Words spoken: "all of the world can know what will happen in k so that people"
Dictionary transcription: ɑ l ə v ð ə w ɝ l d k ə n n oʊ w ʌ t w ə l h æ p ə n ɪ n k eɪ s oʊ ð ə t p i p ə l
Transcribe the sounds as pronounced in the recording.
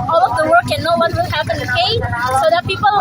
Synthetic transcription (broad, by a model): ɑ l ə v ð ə w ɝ d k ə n n oʊ w ʌ t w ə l h æ p ə n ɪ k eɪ s oʊ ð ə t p i p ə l